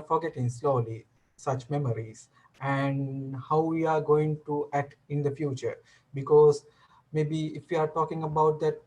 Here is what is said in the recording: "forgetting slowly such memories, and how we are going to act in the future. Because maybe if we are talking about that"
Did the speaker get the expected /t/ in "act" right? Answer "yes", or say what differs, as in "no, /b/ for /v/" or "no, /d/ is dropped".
yes